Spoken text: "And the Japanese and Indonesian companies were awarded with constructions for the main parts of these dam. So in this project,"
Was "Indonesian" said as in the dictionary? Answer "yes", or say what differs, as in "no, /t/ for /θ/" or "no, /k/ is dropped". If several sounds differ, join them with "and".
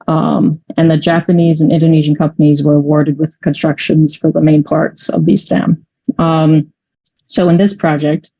yes